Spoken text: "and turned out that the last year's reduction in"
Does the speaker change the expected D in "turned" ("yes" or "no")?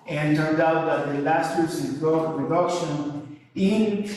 no